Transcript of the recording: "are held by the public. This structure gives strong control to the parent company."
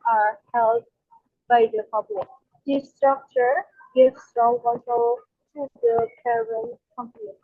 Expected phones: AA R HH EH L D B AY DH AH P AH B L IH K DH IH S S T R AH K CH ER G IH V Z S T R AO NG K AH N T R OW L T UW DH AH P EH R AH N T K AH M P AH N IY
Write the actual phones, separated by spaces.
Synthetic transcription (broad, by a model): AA R HH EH L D B AY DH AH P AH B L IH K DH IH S S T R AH K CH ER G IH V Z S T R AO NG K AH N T OW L T UW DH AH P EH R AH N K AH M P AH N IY